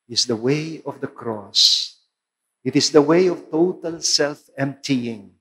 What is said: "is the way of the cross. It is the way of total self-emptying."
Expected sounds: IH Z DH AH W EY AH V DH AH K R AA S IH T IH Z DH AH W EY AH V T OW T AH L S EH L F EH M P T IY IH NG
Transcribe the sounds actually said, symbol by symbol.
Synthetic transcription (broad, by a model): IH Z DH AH W EY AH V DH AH K R AA S IH T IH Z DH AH W EY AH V T OW T AH L S EH L F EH M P T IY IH NG